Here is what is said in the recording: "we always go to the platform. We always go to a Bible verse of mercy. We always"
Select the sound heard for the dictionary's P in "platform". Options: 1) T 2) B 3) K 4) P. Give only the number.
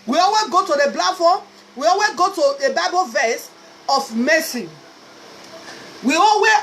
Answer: 2